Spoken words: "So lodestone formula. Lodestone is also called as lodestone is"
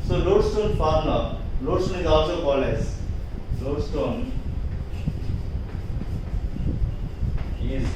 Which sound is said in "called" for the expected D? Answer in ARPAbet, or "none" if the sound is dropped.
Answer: none